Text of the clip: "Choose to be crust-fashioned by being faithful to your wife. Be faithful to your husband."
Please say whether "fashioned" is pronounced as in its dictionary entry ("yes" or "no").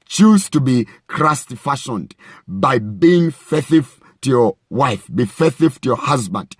yes